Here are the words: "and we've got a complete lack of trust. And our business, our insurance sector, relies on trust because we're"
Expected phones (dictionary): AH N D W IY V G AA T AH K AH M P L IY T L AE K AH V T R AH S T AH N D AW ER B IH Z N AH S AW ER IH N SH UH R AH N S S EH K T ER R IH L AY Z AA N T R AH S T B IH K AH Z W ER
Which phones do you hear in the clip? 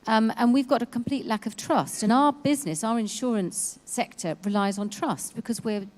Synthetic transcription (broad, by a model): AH N W IY V G AA T AH K AH M P L IY T L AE K AH V T R AH S T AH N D AW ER B IH Z N AH S AW ER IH N SH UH R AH N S S EH K T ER R IH L AY Z N T R AH S T B IH K AH Z W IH